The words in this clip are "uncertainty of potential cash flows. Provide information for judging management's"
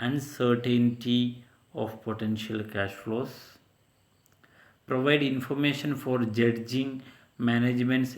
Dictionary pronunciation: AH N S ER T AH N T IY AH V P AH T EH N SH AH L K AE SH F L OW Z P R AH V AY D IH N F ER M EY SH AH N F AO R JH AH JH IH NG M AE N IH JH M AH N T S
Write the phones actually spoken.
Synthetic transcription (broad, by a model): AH N S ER T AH N T IY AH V P AH T EH N SH AH L K AE SH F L OW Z P R AH V AY D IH N F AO M EY SH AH N F AO R JH AH JH IH NG M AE N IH JH M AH N T S